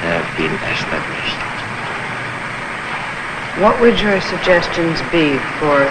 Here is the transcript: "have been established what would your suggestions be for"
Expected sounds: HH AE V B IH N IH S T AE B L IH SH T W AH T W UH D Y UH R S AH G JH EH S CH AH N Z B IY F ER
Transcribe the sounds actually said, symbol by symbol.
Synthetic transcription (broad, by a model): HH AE V B IH N IH S T AE B L IH SH T W AH T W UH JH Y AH R S AH G JH EH S CH AH N Z B IY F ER